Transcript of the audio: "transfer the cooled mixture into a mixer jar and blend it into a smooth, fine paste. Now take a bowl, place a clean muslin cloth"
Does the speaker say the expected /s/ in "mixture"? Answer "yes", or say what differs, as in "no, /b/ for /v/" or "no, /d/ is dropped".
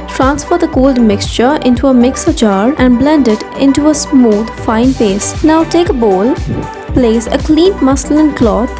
yes